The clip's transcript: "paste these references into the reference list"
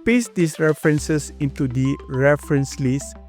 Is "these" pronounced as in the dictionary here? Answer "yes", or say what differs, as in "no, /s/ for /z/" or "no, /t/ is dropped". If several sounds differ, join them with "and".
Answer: no, /s/ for /z/